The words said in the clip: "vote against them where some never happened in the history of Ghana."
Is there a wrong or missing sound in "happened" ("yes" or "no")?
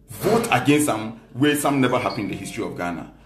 yes